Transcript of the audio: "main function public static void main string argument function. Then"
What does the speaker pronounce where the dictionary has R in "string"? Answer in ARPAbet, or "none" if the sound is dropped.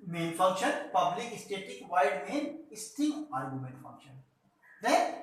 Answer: none